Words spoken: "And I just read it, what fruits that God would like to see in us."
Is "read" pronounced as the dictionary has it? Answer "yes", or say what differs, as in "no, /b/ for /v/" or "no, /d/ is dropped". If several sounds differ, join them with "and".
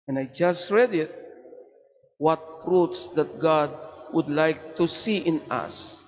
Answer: yes